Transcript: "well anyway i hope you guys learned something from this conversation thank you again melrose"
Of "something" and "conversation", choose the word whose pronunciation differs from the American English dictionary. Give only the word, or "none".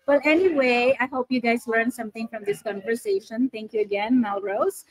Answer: something